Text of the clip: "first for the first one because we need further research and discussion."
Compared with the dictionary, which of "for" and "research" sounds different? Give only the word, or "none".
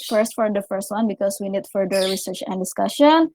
none